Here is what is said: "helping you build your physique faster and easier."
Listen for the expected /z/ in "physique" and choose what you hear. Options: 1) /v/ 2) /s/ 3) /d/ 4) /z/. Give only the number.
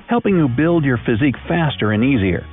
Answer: 4